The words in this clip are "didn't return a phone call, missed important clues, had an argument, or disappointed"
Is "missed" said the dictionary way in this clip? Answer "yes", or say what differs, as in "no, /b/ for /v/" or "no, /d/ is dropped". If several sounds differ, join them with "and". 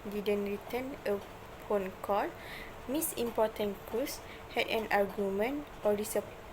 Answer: no, /t/ is dropped